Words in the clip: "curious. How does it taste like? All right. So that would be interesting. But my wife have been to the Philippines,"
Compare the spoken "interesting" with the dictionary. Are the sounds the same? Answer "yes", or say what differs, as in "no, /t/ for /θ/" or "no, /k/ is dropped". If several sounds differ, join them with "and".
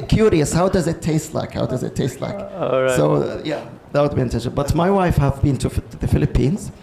no, /ɹ/ is dropped